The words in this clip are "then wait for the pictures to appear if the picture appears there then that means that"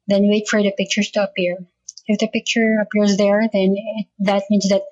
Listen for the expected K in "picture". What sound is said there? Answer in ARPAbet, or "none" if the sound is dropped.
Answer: K